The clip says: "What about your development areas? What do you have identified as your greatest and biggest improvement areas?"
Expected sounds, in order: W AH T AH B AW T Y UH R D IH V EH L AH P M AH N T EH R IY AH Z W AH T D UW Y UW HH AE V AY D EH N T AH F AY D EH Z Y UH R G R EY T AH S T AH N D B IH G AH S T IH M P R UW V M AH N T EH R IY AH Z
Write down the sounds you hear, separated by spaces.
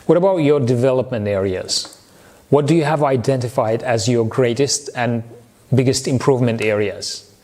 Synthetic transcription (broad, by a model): W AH T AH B AW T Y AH R D IH V EH L AH P M AH N T EH R IY AH Z W AH T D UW Y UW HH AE V AY D EH N T AH F AY D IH Z Y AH R G R EY T AH S T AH N B IH G AH S T IH M P R UW V M AH N T EH R IY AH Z